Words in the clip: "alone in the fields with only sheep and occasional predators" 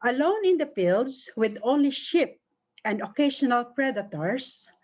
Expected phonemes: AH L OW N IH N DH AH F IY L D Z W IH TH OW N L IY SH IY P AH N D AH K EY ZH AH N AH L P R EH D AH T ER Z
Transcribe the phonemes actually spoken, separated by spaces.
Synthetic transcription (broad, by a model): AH L OW N IH N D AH P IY L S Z W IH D OW N L IY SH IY P AH N D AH K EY SH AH N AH L P R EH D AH T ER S